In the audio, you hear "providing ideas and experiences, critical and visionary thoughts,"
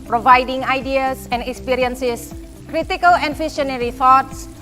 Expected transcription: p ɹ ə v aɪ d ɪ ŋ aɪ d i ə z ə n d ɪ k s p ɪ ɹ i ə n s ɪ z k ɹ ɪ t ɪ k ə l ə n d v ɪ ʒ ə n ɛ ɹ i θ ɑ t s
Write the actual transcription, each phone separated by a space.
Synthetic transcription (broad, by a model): p ɹ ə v aɪ d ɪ ŋ aɪ d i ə s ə n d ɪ k s p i ɹ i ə n s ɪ s k ɹ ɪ t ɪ k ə l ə n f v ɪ ʃ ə n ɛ ɹ i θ ɑ t s